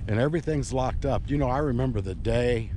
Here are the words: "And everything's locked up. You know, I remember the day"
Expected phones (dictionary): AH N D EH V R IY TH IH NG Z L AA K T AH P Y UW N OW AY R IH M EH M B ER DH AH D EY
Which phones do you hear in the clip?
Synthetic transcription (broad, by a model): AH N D EH V R IY TH IH NG Z L AA K T AH P Y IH N OW AY R IH M EH M B ER DH AH D EY